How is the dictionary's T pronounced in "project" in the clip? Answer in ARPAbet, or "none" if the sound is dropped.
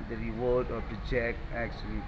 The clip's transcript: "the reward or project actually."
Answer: none